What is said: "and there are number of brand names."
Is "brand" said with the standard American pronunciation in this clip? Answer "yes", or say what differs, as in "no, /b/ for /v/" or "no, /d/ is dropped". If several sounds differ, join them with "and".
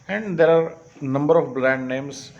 no, /l/ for /ɹ/